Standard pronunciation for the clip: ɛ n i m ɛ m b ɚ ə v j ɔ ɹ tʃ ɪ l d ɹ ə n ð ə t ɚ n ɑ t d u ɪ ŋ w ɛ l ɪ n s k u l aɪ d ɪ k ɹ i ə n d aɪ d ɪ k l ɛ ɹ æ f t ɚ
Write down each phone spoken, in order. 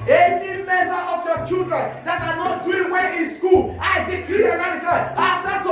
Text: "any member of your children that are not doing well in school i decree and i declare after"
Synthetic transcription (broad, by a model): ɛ n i m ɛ m b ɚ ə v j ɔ tʃ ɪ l d ɹ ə n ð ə t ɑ n ɑ t d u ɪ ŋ w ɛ n ɪ n s k u l aɪ d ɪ k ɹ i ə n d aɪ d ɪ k ɑ l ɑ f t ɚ